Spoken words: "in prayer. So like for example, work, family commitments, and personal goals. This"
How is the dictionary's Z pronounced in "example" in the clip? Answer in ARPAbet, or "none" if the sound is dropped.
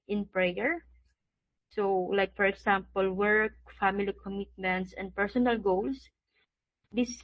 S